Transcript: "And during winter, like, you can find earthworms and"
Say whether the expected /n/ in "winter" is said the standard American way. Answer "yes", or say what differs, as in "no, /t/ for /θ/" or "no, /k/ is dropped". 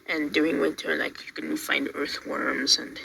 no, /n/ is dropped